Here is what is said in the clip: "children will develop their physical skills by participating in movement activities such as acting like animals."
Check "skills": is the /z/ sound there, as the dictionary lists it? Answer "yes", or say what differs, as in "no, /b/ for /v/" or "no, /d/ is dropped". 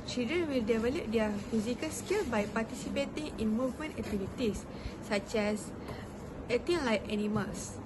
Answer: no, /z/ is dropped